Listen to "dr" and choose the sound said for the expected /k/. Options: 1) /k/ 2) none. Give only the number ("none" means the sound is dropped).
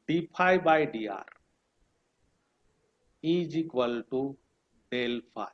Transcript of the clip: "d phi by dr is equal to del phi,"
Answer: 2